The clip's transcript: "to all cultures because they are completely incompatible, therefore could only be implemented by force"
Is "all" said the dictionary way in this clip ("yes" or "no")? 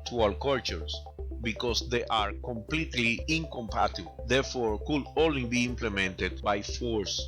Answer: no